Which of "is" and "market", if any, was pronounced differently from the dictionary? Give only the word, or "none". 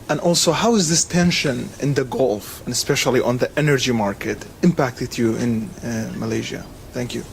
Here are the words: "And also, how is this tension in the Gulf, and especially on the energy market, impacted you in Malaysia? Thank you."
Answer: none